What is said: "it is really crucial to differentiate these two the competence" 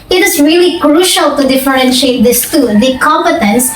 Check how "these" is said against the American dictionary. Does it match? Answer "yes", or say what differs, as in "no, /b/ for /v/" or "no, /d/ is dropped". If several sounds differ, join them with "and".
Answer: no, /s/ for /z/